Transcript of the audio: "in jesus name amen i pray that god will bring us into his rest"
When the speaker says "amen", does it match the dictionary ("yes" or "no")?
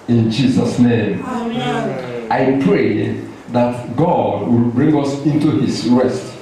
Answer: no